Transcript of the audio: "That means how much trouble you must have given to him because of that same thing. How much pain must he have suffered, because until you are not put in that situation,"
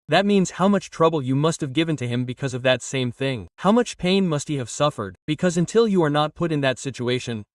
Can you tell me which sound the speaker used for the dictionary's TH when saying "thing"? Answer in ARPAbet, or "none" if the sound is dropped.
TH